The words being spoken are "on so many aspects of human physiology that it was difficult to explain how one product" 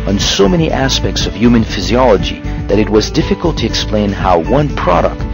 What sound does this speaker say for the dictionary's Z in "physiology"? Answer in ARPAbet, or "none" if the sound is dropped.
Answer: Z